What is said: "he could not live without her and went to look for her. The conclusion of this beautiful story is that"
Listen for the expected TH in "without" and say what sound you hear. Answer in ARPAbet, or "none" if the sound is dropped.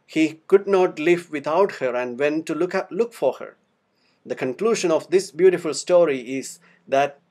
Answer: T